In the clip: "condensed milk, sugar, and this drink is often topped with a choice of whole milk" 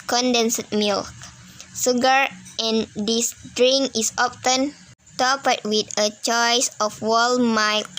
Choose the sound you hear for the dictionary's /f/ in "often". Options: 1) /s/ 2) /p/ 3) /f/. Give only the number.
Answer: 2